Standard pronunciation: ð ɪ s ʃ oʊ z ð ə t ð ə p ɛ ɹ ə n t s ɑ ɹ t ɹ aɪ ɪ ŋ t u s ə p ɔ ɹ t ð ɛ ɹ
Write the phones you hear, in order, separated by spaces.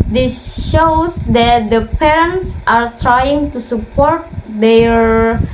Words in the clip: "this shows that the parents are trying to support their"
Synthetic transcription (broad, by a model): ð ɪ s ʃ oʊ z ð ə t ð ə p ɛ ɹ ə n t s ɑ ɹ t ɹ aɪ ɪ ŋ t u s ə p ɔ ɹ t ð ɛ ɹ